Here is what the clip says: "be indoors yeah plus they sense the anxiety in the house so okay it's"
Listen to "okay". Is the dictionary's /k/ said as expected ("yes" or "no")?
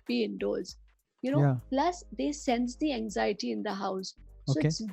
no